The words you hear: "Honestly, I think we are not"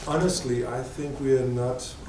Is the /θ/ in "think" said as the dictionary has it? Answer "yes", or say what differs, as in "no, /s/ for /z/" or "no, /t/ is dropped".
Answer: yes